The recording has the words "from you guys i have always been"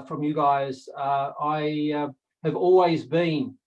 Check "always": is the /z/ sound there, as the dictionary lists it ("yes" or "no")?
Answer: yes